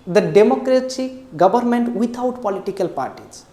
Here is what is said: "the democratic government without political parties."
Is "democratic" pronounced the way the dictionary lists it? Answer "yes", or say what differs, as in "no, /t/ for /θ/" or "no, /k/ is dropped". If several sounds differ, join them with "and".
no, /s/ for /t/